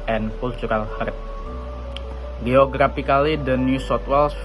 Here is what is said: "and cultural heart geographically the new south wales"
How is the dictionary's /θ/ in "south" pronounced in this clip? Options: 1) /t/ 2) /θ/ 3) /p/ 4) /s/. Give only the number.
1